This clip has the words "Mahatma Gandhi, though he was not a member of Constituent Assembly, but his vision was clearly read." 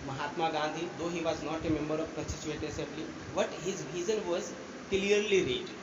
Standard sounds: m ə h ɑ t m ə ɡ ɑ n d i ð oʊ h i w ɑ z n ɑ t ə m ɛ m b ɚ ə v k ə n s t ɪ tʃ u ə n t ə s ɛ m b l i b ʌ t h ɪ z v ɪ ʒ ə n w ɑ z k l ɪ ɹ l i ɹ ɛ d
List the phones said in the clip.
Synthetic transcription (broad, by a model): m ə h ɑ t m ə ɡ ɑ n d i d oʊ h i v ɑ z n ɑ t ə m ɛ m b ɚ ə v k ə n s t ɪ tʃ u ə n t ə s ɛ m b l i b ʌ t h ɪ z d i z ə n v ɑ z k l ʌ ɹ l i ɹ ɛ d